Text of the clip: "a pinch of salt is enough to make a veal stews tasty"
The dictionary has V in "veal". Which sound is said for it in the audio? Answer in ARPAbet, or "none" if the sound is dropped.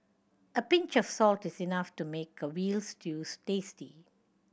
W